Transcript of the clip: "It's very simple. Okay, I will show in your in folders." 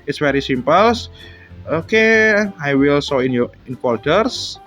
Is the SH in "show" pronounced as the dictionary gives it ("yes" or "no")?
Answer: no